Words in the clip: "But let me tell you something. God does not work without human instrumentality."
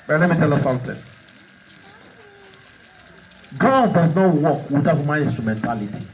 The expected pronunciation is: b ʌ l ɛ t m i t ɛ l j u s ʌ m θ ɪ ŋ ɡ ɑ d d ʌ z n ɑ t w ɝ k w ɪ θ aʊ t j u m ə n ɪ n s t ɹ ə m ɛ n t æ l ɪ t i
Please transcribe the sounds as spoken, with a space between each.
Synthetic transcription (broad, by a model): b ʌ l ɛ t m i t ɛ l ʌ s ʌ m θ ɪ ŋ ɡ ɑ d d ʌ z n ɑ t w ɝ k w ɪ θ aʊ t m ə ɪ n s t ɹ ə m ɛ n t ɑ l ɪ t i